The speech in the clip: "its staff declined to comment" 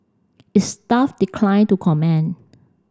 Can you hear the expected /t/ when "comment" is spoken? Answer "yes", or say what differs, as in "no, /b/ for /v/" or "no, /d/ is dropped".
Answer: no, /t/ is dropped